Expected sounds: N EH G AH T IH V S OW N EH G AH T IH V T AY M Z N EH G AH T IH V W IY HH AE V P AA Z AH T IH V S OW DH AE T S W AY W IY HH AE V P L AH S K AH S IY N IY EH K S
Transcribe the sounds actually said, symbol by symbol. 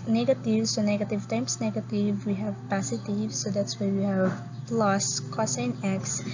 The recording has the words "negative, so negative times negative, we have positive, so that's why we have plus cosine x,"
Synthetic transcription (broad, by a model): N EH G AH T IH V S OW N EH G AH T IH V T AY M S N EH G AH T IH V W IY HH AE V P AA S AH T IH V S OW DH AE T S W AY W IY HH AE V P L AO S K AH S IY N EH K S